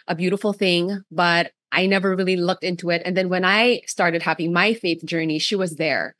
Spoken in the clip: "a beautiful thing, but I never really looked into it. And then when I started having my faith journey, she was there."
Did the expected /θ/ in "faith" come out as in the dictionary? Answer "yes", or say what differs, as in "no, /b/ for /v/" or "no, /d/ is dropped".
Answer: yes